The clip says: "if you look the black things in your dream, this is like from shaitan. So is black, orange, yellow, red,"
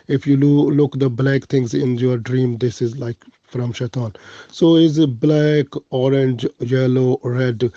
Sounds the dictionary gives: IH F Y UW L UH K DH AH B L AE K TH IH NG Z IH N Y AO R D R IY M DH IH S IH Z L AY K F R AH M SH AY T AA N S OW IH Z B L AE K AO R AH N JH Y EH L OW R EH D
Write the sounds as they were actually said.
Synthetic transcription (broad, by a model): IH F Y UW L UH K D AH B L AE K T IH NG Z IH N Y AO R D R IY M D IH S IH Z L AY K F R AH M SH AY T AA N S OW IH Z B L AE K AO R AH N JH Y EH L OW R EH D